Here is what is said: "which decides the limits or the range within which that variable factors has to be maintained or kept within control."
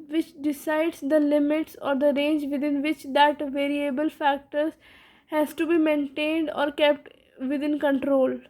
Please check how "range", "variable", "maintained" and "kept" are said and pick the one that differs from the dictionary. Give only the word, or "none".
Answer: none